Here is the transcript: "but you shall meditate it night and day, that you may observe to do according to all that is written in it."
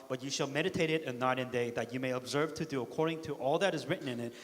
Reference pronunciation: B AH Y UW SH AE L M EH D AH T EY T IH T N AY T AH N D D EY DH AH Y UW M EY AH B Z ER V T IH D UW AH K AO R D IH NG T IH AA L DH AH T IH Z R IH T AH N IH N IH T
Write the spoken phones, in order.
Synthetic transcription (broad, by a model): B AH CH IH SH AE L M EH D AH T EY T IH T N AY T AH N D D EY DH AH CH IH M EY AH B Z ER V T IH D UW AH K AO R D IH NG T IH AA L DH AH T IH Z R IH T N IH N IH T